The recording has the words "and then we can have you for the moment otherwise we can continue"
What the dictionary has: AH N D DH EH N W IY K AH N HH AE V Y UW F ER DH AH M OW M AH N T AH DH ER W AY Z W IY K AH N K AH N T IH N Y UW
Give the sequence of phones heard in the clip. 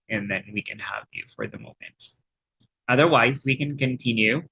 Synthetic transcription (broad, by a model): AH N DH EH N W IY K AH N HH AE V Y UW F ER DH AH M OW M AH N T AH DH ER W AY Z W IY K AH N K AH N T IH N Y UW